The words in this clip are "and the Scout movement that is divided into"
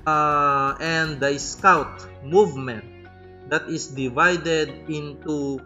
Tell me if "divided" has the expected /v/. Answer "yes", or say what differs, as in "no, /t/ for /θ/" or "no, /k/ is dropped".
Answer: yes